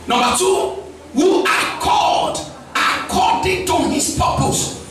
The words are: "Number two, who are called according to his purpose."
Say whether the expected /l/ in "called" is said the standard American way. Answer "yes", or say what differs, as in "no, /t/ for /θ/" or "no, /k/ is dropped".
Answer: no, /l/ is dropped